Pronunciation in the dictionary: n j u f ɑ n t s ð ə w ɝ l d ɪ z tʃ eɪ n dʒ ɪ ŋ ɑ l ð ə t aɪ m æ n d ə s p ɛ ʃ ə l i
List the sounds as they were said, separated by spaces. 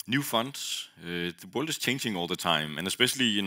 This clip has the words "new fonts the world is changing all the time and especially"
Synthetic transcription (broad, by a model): n j u f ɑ n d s ð ə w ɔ l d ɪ s tʃ eɪ n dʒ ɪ ŋ ɑ l ð ə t aɪ m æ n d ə s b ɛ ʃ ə l i